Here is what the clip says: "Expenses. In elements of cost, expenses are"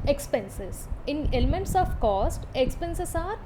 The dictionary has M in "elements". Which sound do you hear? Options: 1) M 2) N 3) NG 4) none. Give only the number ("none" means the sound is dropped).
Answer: 1